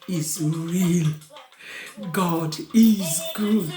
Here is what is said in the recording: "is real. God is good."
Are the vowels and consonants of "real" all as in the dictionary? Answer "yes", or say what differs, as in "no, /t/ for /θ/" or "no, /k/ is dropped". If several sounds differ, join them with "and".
yes